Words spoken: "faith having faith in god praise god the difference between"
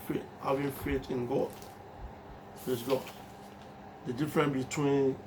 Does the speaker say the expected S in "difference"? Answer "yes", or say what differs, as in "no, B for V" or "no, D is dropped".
no, S is dropped